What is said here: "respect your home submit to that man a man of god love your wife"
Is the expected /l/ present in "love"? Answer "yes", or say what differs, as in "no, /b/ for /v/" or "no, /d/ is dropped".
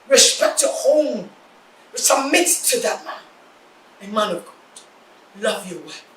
yes